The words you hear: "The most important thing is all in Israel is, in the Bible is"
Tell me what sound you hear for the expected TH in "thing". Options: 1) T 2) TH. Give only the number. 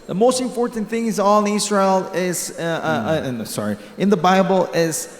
2